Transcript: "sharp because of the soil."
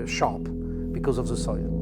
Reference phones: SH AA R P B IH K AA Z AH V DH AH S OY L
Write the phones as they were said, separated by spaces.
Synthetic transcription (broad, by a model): SH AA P B IH K AA Z AH V DH AH S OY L